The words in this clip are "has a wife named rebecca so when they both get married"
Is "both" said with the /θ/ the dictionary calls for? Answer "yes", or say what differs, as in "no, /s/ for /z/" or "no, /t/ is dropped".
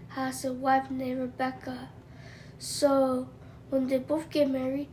no, /f/ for /θ/